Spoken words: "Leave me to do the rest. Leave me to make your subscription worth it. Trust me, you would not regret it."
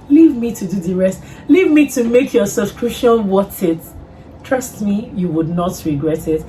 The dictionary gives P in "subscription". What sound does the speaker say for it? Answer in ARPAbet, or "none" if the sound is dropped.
none